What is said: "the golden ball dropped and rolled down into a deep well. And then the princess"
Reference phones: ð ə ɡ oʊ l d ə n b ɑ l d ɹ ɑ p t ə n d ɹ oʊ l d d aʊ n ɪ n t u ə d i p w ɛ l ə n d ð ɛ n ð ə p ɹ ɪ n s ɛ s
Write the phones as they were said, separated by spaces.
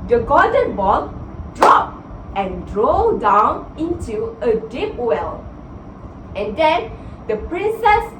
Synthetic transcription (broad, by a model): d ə ɡ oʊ d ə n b ɑ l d ɹ ɑ p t ə n d ɹ oʊ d d aʊ n ɪ n t u ə d i p w ɛ l ə n d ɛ n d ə p ɹ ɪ n s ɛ s